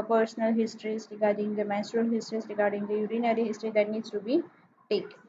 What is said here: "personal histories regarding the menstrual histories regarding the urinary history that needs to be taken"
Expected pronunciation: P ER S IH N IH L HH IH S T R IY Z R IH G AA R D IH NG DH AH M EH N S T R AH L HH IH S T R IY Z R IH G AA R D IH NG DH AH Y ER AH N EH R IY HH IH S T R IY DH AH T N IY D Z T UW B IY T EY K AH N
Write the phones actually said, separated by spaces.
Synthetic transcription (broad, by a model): P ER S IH N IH L HH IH S T R IY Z R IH G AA R D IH NG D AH M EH S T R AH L HH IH S T R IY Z R IH G AA R D IH NG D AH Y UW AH N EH R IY HH IH S T R IY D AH T N IY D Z T UW B IY T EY K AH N